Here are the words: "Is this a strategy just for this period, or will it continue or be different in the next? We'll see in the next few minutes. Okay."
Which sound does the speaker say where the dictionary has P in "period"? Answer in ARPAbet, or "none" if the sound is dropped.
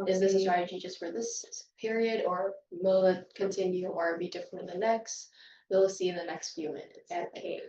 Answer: P